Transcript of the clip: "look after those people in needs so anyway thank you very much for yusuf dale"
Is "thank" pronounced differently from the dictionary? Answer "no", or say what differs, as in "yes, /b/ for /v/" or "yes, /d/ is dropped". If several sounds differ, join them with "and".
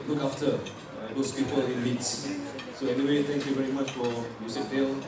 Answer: yes, /t/ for /θ/